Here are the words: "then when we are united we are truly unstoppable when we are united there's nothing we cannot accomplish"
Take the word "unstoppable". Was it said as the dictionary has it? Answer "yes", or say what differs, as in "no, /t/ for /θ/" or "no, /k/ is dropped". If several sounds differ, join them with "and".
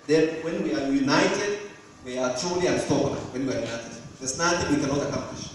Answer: no, /n/ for /l/